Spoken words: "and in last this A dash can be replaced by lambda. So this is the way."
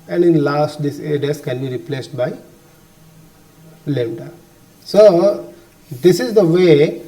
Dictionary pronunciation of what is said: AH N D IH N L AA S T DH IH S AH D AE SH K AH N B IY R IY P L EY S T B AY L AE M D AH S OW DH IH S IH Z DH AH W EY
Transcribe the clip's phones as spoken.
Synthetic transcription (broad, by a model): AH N D IH N L AA S T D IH S AH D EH S K AH N B IY R IY P L EY S T B AY L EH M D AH S OW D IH S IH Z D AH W EY